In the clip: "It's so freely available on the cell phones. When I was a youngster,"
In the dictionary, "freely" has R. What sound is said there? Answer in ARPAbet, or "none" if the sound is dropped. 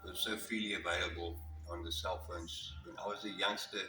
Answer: none